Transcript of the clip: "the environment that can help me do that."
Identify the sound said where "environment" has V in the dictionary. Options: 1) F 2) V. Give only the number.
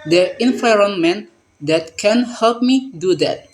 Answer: 1